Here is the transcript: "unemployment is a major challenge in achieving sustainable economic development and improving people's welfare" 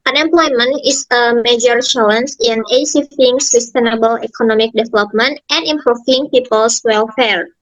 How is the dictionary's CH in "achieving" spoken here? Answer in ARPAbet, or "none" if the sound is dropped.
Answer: S